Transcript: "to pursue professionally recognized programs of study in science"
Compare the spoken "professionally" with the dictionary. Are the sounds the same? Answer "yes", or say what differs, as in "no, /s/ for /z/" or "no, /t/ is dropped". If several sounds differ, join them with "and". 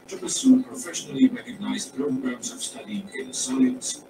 yes